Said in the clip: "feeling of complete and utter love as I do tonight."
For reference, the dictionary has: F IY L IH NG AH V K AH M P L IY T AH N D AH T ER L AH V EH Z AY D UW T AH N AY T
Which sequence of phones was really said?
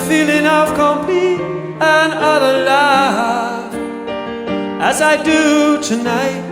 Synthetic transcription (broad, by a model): F IY L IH NG AH V K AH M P IY AH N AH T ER L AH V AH Z AY D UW T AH N AY T